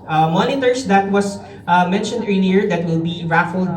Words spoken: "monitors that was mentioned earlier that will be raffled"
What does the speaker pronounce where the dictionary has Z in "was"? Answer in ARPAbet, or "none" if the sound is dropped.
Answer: S